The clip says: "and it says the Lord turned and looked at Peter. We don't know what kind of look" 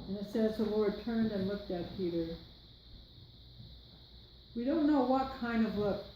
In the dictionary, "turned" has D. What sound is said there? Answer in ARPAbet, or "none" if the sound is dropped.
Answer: D